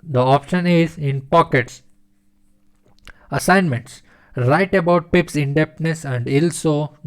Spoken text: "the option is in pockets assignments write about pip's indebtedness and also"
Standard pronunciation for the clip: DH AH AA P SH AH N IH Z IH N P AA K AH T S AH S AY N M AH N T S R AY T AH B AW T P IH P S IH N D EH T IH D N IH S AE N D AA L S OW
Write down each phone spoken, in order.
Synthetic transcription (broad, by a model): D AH AA P SH AH N IH Z IH N P AA K AH T S AH S AY N M AH N T S R AY T AH B AW T P IH P S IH N D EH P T N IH S AE N D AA L S OW